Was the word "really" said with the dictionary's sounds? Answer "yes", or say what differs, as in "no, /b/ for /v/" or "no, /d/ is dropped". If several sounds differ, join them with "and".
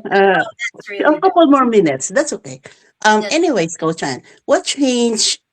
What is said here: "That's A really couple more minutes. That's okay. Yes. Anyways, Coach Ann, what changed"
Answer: no, /l/ is dropped